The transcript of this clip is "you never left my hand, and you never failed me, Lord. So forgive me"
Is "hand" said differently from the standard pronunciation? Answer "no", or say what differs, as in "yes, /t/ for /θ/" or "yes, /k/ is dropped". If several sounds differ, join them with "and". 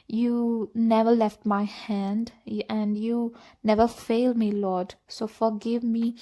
no